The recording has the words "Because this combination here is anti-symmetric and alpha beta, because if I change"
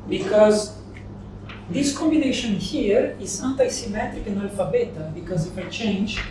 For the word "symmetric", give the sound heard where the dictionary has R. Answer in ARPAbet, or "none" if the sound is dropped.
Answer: R